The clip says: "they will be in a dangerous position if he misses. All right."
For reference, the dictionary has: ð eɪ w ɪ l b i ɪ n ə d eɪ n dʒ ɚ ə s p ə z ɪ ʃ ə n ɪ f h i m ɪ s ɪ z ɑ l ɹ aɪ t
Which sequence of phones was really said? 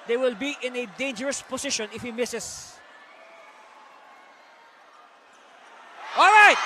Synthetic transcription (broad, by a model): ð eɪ w ɪ l b i ɪ n ə d eɪ n dʒ ɚ ə s p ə s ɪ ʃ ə n ɪ f h i m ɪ s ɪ s ɑ l ɹ aɪ t